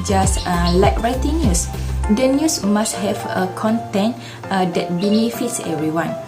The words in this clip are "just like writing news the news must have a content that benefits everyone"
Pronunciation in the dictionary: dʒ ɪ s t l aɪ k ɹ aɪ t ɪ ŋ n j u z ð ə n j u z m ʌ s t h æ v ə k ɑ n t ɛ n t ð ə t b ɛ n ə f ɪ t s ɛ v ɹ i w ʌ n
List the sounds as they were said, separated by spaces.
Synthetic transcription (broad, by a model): dʒ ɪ s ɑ l aɪ k ɹ aɪ t ɪ ŋ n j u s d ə n j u s m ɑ s t h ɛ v ə k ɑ n t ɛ n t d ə t b ɛ n ə f ɪ t s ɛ v ɹ i w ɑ n